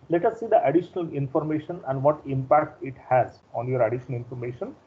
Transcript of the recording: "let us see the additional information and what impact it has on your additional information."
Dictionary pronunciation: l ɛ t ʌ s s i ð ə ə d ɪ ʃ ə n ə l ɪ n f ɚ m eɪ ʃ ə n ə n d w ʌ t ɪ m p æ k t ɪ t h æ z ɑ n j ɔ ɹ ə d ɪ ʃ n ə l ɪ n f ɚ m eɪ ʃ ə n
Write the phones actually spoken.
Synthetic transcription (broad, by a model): l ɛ t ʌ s s i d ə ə d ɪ ʃ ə n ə l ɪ n f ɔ m eɪ ʃ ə n ə n d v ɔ t ɪ m p æ k t ɪ t h æ z ɑ n j ɔ ɹ ə d ɪ ʃ n ə l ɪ n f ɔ m eɪ ʃ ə n